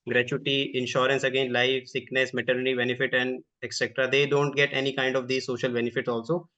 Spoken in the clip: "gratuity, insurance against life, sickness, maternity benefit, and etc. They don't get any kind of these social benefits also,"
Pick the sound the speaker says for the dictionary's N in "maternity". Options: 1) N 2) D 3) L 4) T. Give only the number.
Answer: 1